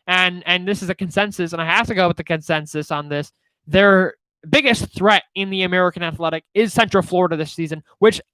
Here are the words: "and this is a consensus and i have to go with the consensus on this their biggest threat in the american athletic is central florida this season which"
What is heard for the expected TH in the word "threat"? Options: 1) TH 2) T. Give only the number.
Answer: 1